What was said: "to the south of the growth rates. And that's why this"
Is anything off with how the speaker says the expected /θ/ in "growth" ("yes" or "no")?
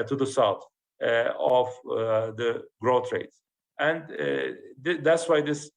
yes